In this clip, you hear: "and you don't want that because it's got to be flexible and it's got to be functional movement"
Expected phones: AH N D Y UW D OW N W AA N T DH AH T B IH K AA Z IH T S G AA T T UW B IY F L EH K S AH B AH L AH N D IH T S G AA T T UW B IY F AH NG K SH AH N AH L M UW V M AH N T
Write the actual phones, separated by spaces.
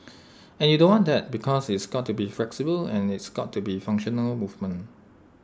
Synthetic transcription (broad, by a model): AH N Y UW D OW N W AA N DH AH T B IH K AA S IH T S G AA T T UW B IY F L EH K S AH B AH L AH N IH T S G AA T T UW B IY F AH NG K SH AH N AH L M UW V M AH N